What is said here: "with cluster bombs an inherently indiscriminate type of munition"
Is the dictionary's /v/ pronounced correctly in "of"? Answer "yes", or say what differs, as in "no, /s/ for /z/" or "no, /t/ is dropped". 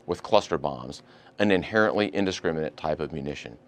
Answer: yes